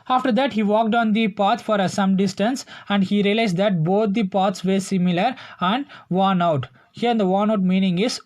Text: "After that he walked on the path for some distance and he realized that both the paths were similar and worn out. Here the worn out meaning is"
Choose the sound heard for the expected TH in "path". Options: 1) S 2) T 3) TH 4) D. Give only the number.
2